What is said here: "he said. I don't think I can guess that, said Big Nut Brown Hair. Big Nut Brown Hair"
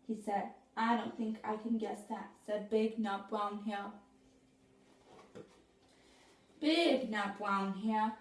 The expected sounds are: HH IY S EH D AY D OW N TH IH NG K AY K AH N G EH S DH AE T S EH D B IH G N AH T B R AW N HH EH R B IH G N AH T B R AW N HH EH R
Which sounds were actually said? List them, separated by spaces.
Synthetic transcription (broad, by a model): HH IY S EH D AY D OW N TH IH NG K AY K AH N G EH S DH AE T S EH D B IH G N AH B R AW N HH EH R B IH G N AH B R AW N HH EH